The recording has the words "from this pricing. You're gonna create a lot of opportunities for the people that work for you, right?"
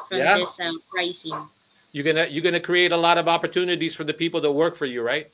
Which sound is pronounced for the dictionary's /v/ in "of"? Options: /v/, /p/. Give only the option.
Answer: /v/